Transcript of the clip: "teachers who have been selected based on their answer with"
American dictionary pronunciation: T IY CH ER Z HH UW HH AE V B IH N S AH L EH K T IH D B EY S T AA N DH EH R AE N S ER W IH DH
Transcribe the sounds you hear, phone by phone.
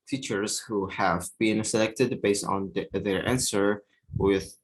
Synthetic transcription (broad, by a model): T IY CH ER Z HH UW HH AE V B IH N S AH L EH K T IH D B EY S T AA N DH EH R AE N S ER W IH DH